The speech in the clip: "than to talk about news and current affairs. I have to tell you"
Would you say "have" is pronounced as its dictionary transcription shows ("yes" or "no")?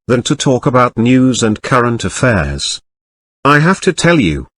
no